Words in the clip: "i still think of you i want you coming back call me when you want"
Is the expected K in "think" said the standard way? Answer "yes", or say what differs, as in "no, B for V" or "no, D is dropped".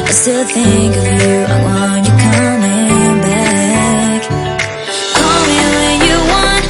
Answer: yes